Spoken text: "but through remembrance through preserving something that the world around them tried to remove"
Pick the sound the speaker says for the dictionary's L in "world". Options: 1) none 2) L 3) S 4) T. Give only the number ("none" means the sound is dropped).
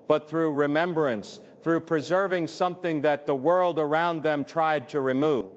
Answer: 2